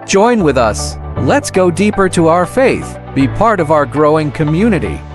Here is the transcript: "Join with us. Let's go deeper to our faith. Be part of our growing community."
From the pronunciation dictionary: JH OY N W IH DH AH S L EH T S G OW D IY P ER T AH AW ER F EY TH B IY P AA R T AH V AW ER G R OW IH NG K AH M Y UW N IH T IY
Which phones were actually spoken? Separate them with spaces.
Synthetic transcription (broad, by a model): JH OY N W IH DH AH S L EH T S G OW D IY P ER T AH AW ER F EY TH B IY P AA R T AH V AW ER G R OW IH NG K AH M Y UW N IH T IY